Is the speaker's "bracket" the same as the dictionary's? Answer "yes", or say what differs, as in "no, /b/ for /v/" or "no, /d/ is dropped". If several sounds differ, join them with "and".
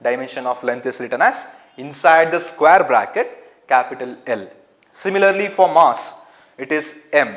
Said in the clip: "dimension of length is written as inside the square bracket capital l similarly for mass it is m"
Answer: yes